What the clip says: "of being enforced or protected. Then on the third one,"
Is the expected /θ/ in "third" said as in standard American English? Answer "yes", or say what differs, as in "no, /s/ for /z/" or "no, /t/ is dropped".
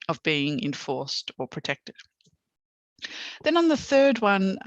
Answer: yes